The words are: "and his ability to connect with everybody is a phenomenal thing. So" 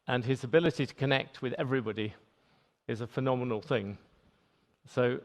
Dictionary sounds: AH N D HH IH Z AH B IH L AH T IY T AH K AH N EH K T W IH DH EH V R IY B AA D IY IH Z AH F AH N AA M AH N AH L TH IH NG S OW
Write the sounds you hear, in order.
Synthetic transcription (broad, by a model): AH N IH Z AH B IH L AH T IY T AH K AH N EH K T W IH DH EH V R IY B AA D IY IH Z AH F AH N AA M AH N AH L TH IH NG S OW